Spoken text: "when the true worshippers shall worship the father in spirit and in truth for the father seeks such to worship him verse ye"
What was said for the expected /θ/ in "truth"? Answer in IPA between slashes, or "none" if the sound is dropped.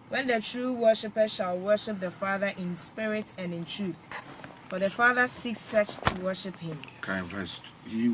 /θ/